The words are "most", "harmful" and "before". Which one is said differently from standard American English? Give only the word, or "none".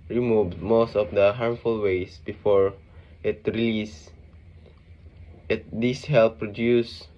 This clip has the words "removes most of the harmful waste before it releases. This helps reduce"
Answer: none